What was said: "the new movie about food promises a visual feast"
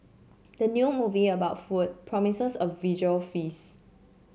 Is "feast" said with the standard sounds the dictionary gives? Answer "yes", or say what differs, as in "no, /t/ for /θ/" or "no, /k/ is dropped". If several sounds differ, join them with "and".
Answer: no, /t/ is dropped